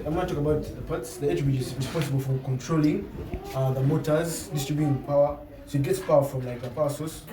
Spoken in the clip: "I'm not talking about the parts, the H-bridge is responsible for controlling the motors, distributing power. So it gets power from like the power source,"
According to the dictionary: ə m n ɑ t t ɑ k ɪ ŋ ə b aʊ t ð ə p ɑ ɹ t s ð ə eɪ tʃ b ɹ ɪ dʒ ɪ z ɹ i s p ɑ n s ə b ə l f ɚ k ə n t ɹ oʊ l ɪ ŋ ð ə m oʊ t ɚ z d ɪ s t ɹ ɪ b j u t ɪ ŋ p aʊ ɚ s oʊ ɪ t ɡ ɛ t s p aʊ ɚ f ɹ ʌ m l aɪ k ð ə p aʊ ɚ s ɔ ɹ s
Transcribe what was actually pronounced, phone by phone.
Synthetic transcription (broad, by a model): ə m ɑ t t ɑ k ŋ ə b aʊ t ð ə p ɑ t s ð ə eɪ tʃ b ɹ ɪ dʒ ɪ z ɹ i s p ɑ n s ə b ə l f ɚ k ə n t ɹ oʊ l ɪ ŋ ð ə m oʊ t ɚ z d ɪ s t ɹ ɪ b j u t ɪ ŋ p aʊ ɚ s oʊ ɪ t ɡ ɛ t s p aʊ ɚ f ɹ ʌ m l aɪ k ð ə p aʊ s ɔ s